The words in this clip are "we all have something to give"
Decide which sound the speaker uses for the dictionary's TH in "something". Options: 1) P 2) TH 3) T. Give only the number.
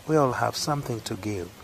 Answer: 2